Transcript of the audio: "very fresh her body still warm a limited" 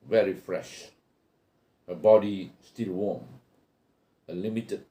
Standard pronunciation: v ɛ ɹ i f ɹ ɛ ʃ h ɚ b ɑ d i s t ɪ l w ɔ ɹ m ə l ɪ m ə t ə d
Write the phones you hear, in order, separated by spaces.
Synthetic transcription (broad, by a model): v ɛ ɹ i f ɹ ɛ ʃ h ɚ b ɑ d i s t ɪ l w ɔ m ə l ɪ m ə t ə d